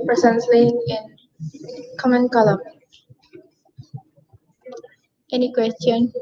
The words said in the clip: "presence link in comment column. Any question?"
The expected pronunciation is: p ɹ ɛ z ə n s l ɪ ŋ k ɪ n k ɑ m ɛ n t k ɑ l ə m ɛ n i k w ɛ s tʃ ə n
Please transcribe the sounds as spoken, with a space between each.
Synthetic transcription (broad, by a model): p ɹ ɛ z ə n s l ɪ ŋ ɪ n k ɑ m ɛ n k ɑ l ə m ɛ n i k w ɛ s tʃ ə n